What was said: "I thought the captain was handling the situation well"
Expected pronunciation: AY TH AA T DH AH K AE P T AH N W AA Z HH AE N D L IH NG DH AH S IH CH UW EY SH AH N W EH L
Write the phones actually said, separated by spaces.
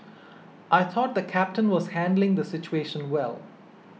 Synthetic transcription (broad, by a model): AY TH AA T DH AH K AE P T AH N W AA Z HH AE N D L IH NG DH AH S IH CH UW EY SH AH N W EH L